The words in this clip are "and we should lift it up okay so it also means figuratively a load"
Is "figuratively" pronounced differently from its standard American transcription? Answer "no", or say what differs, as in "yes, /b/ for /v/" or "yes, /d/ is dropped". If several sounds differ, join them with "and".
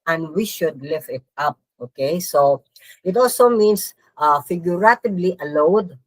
yes, /b/ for /v/